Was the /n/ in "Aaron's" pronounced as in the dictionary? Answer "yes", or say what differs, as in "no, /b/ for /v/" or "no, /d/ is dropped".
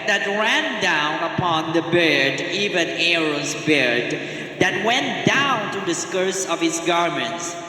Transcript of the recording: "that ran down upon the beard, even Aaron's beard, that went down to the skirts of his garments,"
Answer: no, /n/ is dropped